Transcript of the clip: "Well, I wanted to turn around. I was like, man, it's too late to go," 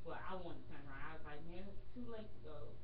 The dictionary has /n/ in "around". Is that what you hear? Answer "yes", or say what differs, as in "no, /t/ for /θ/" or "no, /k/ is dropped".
no, /n/ is dropped